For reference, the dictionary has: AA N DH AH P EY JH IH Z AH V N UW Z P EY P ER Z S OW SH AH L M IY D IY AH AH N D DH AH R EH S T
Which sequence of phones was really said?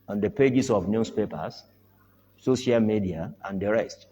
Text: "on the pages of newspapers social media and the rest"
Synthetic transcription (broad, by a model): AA N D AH P EY JH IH S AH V N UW S P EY P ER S S OW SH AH L M IY D IY AH AH N D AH R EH S T